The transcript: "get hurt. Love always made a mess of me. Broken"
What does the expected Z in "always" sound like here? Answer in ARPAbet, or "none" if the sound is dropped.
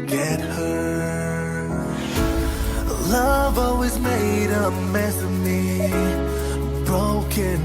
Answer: Z